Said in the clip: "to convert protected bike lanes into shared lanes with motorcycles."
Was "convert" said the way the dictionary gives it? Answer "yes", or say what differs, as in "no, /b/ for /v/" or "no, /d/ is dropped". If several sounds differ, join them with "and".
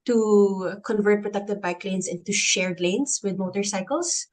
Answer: yes